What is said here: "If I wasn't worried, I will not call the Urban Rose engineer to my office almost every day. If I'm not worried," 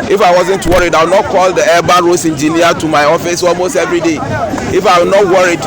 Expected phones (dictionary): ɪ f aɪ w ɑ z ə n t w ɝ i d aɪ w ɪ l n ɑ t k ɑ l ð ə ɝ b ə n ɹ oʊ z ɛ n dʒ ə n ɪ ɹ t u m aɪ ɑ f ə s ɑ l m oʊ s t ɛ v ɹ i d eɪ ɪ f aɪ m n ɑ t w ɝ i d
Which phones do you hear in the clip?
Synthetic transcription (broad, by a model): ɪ f aɪ w ɑ z ə n t w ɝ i d aɪ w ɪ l n ɑ t k ɑ l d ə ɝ b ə ɹ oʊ s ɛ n dʒ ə n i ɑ t u m aɪ ɑ f ə s ɑ l m oʊ s t ɛ v ɹ i d eɪ ɪ f aɪ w n ɑ t w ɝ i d